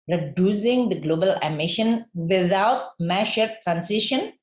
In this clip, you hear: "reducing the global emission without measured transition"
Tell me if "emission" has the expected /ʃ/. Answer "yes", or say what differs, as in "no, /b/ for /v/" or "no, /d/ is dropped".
yes